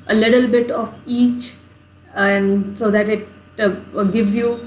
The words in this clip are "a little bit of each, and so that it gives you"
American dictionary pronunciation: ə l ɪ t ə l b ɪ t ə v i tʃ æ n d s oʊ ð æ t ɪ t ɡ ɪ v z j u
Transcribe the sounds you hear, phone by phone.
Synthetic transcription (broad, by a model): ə l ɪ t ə l b ɪ t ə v i tʃ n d s oʊ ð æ t ɪ t ɡ ɪ v z j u